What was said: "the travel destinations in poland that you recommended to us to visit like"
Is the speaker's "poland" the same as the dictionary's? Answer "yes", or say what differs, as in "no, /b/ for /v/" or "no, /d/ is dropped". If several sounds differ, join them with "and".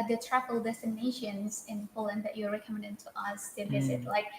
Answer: yes